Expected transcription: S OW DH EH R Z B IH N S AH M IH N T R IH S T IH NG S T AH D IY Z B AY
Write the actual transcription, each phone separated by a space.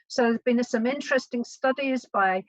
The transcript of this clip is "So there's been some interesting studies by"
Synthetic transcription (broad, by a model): S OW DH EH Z B IH N S AH M IH N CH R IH S T IH NG S T AH D IY Z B AY